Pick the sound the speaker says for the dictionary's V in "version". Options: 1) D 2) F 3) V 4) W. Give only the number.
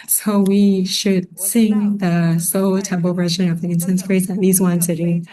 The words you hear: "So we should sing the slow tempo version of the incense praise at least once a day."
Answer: 3